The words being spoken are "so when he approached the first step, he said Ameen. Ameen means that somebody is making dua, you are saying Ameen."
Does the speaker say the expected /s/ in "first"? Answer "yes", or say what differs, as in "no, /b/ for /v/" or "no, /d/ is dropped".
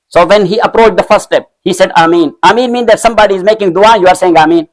no, /s/ is dropped